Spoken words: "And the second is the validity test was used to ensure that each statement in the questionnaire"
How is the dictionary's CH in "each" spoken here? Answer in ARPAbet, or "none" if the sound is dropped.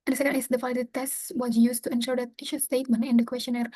SH